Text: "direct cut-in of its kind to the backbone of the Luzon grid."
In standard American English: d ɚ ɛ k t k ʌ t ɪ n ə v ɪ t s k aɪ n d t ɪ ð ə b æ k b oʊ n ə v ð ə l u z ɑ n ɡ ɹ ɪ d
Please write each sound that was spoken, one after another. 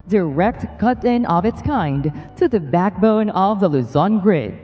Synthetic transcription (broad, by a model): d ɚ ɛ k t k ʌ t ɪ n ə v ɪ t s k aɪ n d t ɪ ð ə b æ k b oʊ n ə v ð ə l u z ɑ n ɡ ɹ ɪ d